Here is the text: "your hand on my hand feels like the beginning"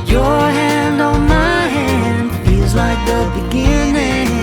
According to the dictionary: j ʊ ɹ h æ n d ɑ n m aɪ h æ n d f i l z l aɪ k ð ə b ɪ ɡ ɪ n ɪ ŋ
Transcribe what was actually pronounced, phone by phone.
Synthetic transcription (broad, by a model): j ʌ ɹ h æ n d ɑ n m aɪ h æ n d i z l aɪ k ð ə b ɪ ɡ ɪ n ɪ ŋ